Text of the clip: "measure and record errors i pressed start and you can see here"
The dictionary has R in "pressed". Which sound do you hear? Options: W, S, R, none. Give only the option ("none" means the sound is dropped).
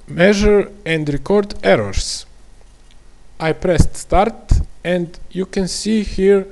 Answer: R